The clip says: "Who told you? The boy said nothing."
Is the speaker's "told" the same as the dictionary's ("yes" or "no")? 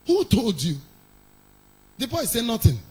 yes